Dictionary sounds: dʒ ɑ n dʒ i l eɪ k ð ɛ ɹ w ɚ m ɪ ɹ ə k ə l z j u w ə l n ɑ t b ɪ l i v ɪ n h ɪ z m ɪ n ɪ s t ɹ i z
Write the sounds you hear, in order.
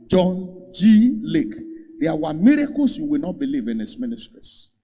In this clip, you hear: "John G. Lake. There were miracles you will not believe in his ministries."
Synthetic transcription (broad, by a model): dʒ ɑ n dʒ i l eɪ k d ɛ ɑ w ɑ m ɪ ɹ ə k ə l s j u w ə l n ɑ t b ɪ l i v ɪ n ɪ s m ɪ n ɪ s t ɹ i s